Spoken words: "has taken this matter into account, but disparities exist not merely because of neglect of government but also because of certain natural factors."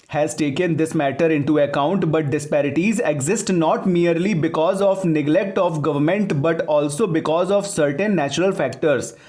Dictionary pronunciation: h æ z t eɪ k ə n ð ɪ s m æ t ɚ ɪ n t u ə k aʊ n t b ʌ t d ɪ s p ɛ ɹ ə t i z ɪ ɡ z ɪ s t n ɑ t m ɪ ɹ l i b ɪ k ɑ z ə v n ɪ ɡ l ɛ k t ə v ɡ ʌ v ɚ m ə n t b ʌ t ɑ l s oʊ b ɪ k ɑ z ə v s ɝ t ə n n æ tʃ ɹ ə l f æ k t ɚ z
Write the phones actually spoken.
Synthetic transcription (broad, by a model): h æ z t eɪ k ə n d ɪ s m æ t ɚ ɪ n t u ə k aʊ n t b ʌ t d ɪ s p ɛ ɹ ə t i z ɪ ɡ z ɪ s t n ɑ t m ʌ ɹ l i b ɪ k ɑ z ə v n ɪ ɡ l ɛ k t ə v ɡ ʌ v ɚ m ə n t b ʌ t ɑ l s oʊ b ɪ k ɑ z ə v s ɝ t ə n n æ tʃ ɹ ə l f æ k t ɚ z